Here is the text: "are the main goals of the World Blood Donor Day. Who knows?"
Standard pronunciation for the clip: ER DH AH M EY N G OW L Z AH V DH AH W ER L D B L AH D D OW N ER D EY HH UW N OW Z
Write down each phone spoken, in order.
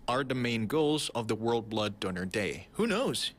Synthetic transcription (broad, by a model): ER DH AH M EY N G OW L Z AH V DH AH W ER L D B L AH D D OW N ER D EY HH UW N OW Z